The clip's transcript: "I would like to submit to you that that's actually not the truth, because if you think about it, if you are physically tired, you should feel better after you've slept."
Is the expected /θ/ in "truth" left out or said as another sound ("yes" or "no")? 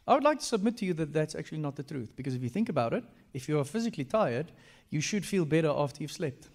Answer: no